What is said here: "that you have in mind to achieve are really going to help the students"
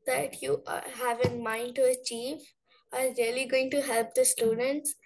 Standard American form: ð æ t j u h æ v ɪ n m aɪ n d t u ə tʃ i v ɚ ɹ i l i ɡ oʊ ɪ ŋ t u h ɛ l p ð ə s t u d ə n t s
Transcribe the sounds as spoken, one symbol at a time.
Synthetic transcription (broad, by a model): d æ t j u h æ v ɪ n m aɪ n d t u ə tʃ i v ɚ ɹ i l i ɡ oʊ ɪ ŋ t u h ɛ l p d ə s t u d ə n t s